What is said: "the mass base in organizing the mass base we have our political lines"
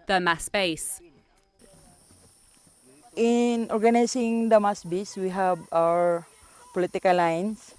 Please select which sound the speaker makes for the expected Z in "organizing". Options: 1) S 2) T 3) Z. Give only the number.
1